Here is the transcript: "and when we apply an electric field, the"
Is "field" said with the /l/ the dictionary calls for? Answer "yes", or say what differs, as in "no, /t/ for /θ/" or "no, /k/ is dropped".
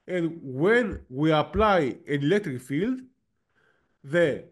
yes